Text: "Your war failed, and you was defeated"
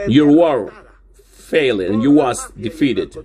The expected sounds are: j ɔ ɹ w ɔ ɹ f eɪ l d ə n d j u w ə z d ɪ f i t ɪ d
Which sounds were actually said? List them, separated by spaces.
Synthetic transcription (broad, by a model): j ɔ ɹ w ɔ ɹ f eɪ l ə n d j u w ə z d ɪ f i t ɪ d